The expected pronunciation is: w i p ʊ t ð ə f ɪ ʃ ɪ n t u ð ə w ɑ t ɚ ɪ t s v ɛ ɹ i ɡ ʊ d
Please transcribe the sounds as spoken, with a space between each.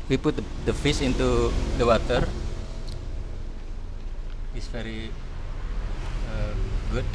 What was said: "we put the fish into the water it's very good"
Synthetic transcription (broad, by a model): w i p ʊ t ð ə f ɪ s ɪ n t u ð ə w ɑ t ɚ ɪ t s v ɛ ɹ i ɡ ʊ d